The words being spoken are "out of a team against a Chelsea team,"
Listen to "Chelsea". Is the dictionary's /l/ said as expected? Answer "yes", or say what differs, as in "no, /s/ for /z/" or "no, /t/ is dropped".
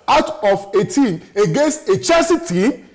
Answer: no, /l/ is dropped